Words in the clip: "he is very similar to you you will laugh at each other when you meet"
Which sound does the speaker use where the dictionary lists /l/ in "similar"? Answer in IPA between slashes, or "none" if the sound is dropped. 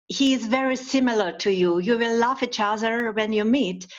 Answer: /l/